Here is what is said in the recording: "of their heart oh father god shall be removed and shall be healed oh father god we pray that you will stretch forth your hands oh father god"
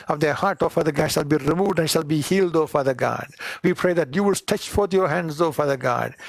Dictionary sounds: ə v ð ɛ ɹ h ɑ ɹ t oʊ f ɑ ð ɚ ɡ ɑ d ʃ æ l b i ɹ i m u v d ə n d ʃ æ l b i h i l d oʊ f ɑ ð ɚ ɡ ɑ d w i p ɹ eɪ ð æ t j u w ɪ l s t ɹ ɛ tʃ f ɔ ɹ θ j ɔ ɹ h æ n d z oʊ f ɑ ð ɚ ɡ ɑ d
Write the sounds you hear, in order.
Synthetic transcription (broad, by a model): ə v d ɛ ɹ h ɑ ɹ t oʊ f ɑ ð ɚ ɡ ɑ d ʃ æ l b i ɹ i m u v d ə n d ʃ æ l b i h i l d oʊ f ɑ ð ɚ ɡ ɑ d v i p ɹ eɪ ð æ t j u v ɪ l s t ɛ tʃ f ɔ ɹ t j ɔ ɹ h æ n d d oʊ f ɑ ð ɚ ɡ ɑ d